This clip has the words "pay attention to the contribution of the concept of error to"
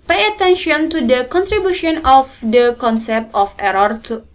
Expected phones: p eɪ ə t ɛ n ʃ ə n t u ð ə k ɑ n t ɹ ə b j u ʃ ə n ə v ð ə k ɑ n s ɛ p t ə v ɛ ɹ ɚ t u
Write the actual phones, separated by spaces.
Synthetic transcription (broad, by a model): p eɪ ə t ɛ n ʃ ə n t u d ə k ɑ n t ɹ ə b j u ʃ ə n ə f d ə k ɑ n s ɛ p t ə f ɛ ɹ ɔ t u